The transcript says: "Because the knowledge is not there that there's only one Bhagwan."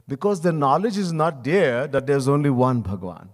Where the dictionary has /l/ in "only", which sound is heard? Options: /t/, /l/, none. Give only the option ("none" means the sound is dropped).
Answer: /l/